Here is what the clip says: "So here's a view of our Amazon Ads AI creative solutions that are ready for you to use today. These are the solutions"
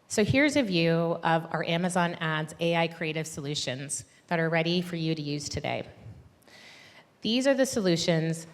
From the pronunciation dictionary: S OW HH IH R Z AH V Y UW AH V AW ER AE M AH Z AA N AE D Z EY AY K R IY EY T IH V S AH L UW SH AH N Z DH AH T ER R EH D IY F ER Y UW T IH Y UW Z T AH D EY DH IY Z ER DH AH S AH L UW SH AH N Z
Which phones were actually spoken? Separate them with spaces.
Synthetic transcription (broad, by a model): S OW HH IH R Z AH V Y UW AH V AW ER AE M AH Z AA N AE D Z EY AY K R IY EY T IH V S AH L UW SH AH N Z DH AH T ER R EH D IY F ER Y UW T IH Y UW Z T AH D EY DH IY Z ER DH AH S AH L UW SH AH N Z